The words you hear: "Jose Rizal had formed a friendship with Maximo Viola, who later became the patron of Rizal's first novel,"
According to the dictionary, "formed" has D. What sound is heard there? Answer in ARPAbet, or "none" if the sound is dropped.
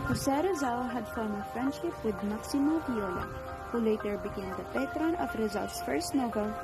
none